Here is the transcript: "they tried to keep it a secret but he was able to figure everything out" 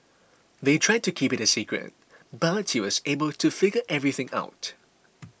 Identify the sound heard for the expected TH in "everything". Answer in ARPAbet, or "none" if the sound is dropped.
TH